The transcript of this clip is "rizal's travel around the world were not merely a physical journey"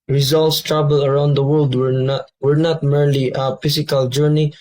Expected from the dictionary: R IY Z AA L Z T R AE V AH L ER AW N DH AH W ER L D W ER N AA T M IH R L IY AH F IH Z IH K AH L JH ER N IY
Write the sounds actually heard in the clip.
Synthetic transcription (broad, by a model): R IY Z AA L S T R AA B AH L ER AW N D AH W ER L D W ER N AA T M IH R L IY AH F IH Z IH K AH L JH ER N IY